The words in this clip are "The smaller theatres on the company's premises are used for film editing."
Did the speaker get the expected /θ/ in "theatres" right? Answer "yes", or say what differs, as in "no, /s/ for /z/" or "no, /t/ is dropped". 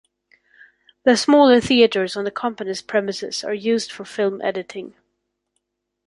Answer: yes